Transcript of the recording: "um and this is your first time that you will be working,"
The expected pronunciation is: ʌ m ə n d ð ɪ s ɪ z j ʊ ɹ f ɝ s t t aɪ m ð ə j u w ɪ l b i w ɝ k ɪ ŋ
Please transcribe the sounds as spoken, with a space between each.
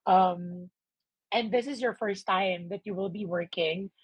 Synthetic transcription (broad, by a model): ʌ m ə n ð ɪ s ɪ z j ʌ ɹ f ɝ s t t aɪ m ð ə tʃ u w ɪ l b i w ɝ k ɪ ŋ